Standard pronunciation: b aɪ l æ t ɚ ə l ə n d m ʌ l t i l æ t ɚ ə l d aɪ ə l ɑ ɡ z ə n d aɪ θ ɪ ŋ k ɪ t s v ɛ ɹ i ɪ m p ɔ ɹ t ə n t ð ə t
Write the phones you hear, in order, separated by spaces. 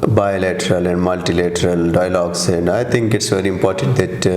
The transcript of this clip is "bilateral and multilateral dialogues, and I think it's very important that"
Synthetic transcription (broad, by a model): b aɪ l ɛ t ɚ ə l ə n d m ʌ l t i l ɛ t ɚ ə l d aɪ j l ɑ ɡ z ə n d aɪ t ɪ ŋ k ɪ t s v ɛ ɹ i ɪ m p ɔ ɹ t ə n t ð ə t